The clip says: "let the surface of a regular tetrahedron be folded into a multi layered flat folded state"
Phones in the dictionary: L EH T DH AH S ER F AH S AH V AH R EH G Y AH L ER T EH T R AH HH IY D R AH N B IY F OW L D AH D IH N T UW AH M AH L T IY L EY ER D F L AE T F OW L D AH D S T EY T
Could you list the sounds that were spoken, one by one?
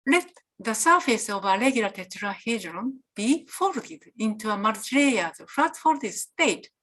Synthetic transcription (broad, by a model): L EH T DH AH S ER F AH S AH V AH L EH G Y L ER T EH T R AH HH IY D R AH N B IY F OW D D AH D IH N T UW AH M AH T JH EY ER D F AA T F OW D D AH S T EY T